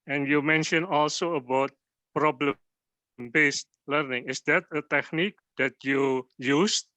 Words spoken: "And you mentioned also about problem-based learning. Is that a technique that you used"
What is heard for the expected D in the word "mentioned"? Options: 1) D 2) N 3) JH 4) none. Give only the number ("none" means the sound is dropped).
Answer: 4